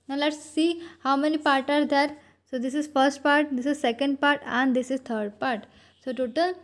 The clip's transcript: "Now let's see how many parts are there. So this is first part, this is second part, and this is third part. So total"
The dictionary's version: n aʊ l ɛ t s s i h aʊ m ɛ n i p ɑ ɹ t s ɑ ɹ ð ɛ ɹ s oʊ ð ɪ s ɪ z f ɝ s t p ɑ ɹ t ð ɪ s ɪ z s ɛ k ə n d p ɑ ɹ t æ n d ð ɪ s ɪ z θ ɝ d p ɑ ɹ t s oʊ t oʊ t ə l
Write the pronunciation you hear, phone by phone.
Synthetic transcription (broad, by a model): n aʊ l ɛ t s s i h aʊ m ɛ n i p ɑ ɹ t ɑ ɹ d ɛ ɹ s oʊ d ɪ s ɪ z f ɝ s t p ɑ ɹ t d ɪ s ɪ z s ɛ k ə n d p ɑ ɹ t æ n d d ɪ s ɪ z t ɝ d p ɑ ɹ t s oʊ t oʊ t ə l